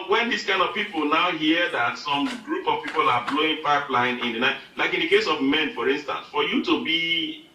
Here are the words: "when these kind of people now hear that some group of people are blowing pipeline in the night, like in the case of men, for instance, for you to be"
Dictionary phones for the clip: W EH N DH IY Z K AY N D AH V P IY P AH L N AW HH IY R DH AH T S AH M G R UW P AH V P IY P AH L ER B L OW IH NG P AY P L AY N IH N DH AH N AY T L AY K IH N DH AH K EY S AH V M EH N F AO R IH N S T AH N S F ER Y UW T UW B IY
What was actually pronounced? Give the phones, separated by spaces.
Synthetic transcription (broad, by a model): W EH N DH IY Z K AY N D AH V P IY P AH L N AW HH IY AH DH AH T S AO M G R UW P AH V P IY P AH L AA B L OW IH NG P AY P L AY N IH N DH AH N AY T L AY K IH N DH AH K EY S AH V M EH N F AO R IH N S T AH N S F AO Y UW T UW B IY